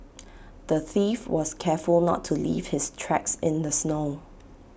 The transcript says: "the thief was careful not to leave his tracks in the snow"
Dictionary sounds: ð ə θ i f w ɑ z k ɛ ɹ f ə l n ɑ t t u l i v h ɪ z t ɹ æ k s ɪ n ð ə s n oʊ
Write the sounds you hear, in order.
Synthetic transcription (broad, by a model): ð ə θ i f w ɑ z k ɛ f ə l n ɑ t t u l i v h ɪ s t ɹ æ k s ɪ n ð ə s n oʊ